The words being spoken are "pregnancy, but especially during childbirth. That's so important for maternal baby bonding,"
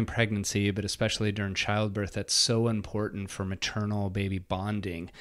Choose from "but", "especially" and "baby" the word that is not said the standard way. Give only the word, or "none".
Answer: none